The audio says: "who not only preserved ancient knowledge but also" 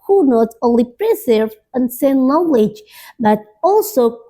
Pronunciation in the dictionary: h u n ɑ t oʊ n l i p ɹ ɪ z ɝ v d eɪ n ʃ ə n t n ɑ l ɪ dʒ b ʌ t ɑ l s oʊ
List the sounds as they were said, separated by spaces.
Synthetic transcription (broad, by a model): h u n ɑ t oʊ n l i p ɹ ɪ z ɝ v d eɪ n s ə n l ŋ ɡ w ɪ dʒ b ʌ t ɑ l s oʊ